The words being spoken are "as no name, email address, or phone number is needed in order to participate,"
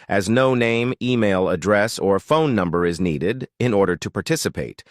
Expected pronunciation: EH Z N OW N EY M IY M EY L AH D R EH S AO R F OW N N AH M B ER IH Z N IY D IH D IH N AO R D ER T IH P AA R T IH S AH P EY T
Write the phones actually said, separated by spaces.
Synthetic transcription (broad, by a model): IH Z N OW N EY M IY M EY L AH D R EH S AO R F OW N N AH M B ER IH Z N IY D IH D IH N AO R D ER T IH P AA R T IH S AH P EY T